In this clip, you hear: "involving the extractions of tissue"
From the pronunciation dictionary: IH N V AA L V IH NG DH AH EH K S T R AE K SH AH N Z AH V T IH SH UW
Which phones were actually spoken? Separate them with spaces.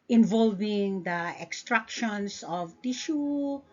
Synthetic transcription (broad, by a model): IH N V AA L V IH NG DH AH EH K S T R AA K SH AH N S AH V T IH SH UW